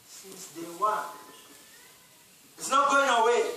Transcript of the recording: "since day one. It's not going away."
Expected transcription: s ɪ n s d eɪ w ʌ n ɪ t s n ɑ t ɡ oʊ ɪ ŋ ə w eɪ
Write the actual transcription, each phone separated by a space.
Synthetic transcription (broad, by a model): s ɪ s d eɪ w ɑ ɪ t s n ɑ t ɡ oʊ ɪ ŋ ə w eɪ